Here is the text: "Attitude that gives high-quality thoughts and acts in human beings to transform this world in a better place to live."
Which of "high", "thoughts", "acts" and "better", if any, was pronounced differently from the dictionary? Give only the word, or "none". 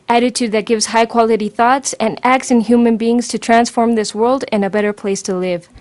none